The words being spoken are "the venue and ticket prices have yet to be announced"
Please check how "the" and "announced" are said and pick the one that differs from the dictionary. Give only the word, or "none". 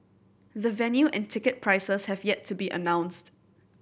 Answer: none